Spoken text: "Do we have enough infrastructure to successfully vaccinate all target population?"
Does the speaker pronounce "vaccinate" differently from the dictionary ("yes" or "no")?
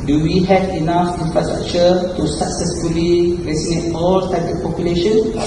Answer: yes